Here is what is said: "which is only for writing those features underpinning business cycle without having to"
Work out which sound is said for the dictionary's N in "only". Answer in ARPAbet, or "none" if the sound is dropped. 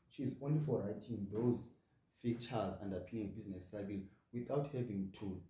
N